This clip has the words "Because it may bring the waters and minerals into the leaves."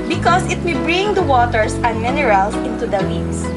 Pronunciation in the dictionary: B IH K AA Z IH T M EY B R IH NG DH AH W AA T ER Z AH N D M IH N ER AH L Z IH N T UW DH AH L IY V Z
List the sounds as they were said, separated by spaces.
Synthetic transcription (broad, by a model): B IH K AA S IH T M EY B R IH NG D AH W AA T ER S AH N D M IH N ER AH L S IH N T UW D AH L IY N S